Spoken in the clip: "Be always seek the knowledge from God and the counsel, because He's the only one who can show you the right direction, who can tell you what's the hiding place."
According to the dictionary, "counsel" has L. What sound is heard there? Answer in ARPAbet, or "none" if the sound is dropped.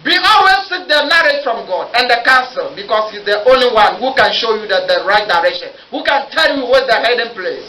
L